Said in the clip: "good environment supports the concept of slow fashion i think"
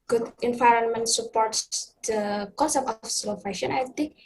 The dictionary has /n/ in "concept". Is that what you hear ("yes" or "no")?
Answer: no